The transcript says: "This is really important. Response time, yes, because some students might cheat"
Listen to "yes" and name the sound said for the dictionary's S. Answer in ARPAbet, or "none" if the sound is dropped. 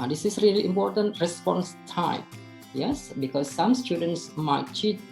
S